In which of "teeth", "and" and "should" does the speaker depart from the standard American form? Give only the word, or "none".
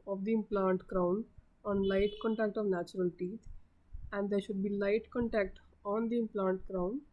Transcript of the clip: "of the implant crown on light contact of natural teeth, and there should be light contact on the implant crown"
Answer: teeth